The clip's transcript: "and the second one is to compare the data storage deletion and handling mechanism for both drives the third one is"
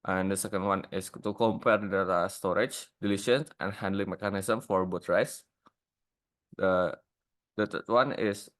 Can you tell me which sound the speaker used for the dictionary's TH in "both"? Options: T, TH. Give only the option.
T